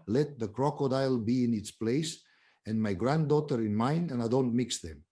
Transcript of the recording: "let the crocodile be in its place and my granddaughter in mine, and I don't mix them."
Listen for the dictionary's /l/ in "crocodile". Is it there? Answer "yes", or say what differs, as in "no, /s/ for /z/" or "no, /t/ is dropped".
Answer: yes